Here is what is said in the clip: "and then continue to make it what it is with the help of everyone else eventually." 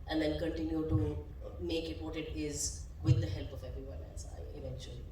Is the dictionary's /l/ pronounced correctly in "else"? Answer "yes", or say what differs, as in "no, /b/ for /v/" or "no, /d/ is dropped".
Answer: no, /n/ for /l/